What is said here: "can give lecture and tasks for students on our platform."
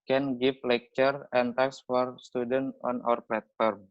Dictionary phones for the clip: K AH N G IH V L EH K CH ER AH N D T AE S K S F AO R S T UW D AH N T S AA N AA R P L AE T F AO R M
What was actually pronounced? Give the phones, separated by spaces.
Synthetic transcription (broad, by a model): K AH N G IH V L EH K CH ER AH N T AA K S F AO R S T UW D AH N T AA N AA R P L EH T F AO R M